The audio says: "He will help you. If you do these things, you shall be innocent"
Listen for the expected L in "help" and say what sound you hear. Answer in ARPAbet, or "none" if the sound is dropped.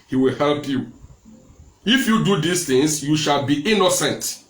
L